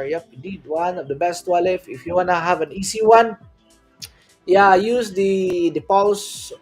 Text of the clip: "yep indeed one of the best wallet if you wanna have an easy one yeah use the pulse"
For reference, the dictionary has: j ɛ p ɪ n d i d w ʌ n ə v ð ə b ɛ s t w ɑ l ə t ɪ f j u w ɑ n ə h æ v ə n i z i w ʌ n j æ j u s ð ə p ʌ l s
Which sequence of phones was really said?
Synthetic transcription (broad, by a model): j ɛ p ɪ d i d w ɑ n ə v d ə b ɛ s t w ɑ l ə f ɪ f j u w ɑ n ə h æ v ə n i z i w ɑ n j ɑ j u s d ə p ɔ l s